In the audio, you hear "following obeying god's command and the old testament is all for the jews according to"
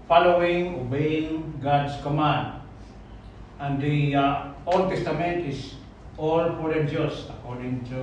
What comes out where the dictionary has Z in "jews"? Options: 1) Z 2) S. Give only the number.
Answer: 2